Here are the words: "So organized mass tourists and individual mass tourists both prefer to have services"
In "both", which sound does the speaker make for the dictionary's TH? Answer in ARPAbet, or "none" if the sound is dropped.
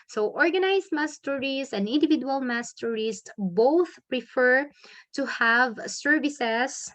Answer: TH